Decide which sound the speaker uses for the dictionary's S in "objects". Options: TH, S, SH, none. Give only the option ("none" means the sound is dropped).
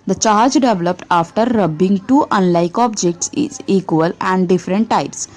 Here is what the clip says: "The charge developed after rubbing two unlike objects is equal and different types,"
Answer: S